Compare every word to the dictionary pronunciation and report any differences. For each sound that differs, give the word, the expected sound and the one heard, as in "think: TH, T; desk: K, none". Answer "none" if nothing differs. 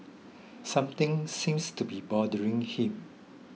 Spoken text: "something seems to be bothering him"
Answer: something: TH, T; seems: Z, S